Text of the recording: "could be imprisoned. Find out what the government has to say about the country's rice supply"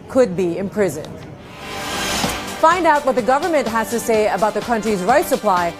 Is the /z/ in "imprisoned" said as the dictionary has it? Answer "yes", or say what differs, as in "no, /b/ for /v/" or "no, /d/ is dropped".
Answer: yes